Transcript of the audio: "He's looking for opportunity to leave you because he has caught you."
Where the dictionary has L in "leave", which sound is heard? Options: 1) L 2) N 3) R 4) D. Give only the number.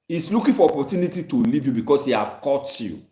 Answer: 1